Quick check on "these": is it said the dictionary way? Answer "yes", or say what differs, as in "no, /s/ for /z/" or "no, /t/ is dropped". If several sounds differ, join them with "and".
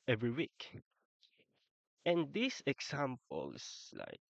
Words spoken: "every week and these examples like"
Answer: no, /s/ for /z/